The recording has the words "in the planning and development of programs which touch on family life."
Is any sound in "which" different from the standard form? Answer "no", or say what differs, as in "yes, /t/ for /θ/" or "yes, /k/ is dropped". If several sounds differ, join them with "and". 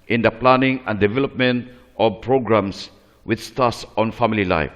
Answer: yes, /s/ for /tʃ/